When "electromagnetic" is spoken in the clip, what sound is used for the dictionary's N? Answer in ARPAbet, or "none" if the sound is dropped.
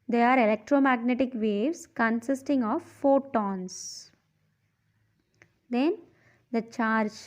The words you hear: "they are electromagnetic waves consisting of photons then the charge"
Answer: N